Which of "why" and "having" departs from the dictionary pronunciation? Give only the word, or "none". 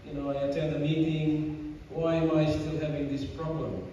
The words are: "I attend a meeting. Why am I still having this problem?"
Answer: none